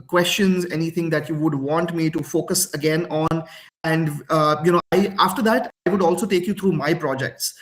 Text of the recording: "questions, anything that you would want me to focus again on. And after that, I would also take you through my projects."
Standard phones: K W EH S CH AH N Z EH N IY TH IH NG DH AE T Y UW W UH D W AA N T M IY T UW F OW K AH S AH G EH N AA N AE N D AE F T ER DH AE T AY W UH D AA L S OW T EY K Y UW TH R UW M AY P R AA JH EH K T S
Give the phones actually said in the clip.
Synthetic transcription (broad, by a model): K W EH S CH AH N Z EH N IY T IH NG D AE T Y UW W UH D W AA N T M IY T UW F OW K AH S AH G EH N AA N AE N D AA F T ER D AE T AY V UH D AA L S OW T EY K Y UW T R UW M AY P R AA JH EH K T S